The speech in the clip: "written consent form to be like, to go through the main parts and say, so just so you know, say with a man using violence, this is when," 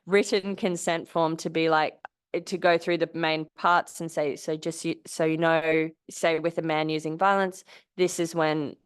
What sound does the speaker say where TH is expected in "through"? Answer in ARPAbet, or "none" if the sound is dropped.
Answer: TH